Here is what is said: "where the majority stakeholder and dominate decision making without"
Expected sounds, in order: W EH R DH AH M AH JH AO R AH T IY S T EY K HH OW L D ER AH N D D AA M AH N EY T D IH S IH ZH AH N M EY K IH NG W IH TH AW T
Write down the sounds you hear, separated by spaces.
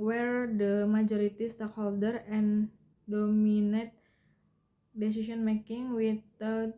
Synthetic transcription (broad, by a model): W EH R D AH M AH JH AO R AH T IY S T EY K HH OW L D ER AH N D D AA M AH N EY T D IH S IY S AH N M EY K IH NG W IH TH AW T